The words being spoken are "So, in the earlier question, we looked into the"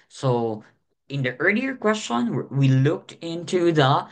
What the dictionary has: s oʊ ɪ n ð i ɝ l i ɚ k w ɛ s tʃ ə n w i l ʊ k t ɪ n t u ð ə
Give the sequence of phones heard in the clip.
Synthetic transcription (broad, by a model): s oʊ ɪ n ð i ɝ l i ɚ k w ɛ s tʃ ə n w i l ʊ k t ɪ n t u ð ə